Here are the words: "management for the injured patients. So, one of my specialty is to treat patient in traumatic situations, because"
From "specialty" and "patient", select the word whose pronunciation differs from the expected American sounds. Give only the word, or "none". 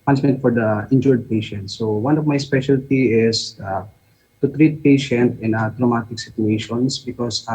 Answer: none